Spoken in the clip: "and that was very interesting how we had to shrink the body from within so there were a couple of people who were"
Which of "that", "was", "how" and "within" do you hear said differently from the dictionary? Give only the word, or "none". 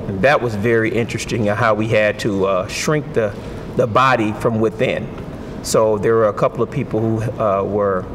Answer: none